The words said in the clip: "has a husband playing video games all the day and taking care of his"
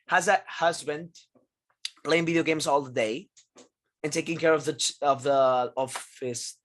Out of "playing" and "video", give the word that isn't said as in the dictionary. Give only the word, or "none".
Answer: none